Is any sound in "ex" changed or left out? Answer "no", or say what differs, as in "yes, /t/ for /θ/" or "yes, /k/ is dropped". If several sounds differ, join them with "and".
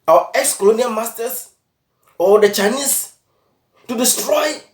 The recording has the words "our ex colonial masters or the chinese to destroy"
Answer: no